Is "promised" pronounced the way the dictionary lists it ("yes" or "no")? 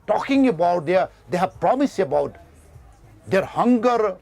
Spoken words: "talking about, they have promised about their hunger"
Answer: no